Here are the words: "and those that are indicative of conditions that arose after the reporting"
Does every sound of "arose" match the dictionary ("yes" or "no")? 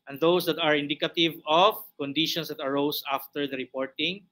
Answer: no